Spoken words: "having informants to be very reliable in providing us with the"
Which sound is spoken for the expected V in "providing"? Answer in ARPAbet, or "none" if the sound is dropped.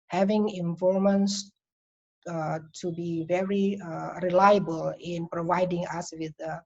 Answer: V